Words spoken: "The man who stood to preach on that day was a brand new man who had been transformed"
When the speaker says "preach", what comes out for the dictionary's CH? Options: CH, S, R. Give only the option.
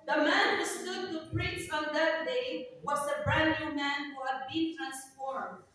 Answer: S